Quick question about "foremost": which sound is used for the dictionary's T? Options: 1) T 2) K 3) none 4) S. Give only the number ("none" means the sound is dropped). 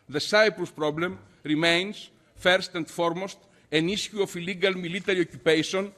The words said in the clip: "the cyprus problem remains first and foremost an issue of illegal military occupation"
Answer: 1